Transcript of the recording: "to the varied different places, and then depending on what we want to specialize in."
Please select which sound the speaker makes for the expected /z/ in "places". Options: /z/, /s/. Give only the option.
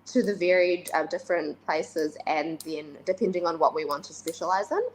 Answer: /z/